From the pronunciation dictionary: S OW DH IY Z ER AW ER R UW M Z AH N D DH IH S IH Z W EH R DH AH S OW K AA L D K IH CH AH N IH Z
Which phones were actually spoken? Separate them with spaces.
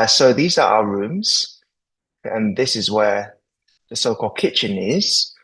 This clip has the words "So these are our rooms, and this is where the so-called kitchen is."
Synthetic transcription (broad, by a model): S OW DH IY Z ER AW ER R UW M Z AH N DH IH S IH Z W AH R DH AH S OW K AA L D K IH CH AH N IH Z